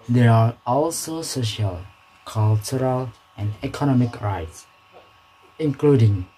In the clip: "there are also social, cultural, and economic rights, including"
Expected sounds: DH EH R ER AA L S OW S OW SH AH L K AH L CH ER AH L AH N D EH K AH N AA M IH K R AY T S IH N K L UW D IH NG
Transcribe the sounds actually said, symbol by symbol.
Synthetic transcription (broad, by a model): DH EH R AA AA L S OW S OW SH AH L K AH L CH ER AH L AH N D EH K AH N AA M IH K R AY T S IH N K L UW D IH NG